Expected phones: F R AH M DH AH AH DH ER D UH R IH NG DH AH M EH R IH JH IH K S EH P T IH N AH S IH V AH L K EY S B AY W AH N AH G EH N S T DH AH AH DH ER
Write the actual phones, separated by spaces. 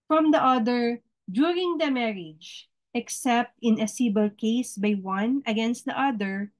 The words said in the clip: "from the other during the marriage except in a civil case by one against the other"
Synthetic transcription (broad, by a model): F R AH M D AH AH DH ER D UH R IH NG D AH M EH R IH JH IH K S EH P T IH N AH S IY B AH L K EY S B AY W AH N AH G EH N S T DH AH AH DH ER